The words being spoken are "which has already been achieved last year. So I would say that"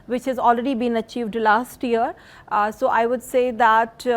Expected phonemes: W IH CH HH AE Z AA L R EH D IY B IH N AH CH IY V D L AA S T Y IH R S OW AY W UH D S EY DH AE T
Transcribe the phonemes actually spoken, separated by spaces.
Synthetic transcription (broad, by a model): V IH CH HH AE Z AA L R EH D IY B IH N AH CH IY V D L AA S T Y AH R S OW AY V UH D S EY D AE T